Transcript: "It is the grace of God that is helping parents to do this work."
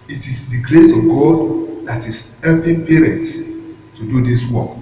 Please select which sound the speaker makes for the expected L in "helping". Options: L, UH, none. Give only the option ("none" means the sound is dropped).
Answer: none